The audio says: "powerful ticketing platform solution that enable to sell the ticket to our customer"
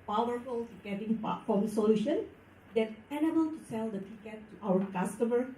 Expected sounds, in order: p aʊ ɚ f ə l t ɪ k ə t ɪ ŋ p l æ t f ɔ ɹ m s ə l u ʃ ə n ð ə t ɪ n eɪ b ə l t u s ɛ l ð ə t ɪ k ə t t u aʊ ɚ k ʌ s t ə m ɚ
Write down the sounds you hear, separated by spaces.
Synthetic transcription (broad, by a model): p aʊ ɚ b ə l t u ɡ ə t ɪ ŋ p ɑ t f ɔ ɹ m s ə l u ʃ ə n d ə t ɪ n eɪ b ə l t u s ɛ l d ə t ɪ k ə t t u aʊ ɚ k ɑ s t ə m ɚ